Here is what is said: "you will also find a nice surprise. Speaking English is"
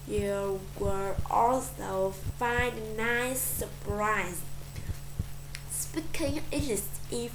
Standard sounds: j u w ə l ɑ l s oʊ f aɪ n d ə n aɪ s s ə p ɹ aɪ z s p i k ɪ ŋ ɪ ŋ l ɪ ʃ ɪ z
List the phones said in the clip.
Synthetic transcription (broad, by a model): j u w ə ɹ ɑ l s oʊ f aɪ n d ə n aɪ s s ə p ɹ aɪ z s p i k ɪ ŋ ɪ l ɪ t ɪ